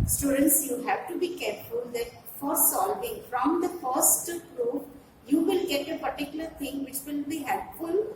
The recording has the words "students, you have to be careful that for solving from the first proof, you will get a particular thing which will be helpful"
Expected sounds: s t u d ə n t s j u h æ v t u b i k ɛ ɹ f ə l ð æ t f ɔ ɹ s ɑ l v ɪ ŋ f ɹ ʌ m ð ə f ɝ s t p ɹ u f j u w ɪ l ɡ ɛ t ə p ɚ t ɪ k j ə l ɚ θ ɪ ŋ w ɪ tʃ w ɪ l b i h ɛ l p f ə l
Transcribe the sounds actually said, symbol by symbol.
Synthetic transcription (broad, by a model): s t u d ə n t s j u h æ v t u b i k ɛ ɹ f ə l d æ t f ɔ ɹ s ɑ l v ɪ ŋ f ɹ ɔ m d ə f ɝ s t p ɹ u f j u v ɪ l ɡ ɛ t ə p ɚ t ɪ k j ə l ɚ t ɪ ŋ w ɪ tʃ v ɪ l b i h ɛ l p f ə l